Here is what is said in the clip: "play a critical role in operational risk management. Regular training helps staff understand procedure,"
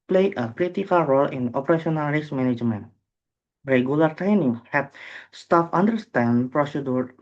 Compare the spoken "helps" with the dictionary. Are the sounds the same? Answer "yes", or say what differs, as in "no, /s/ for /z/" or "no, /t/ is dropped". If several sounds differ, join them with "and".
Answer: no, /l/ is dropped